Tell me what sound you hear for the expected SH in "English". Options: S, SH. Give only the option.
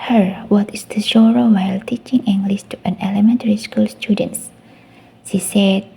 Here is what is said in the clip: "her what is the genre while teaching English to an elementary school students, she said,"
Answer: S